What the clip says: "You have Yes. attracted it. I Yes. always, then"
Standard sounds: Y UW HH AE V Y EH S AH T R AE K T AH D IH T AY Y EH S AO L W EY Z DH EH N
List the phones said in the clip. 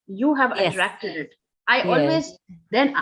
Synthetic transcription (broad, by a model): Y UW HH AE V AH T R AE K T AH D IH T AY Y AO L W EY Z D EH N